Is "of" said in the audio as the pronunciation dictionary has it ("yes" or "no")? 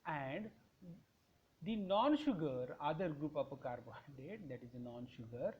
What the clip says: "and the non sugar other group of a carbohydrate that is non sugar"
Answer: no